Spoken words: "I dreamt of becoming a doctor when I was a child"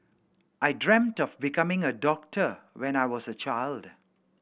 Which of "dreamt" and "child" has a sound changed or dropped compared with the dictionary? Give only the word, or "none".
none